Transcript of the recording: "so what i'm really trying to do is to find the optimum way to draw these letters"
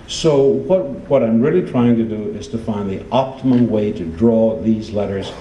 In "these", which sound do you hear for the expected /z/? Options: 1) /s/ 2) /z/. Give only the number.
2